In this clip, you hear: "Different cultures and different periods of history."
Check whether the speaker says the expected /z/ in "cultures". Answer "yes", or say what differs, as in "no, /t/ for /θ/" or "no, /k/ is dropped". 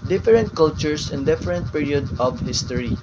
no, /s/ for /z/